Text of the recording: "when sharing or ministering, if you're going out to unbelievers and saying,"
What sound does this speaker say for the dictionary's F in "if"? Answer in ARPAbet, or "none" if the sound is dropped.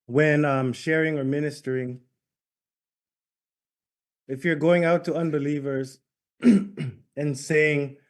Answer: F